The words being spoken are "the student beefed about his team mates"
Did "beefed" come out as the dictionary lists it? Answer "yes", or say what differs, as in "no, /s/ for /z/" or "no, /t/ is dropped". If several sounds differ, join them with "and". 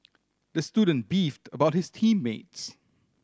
yes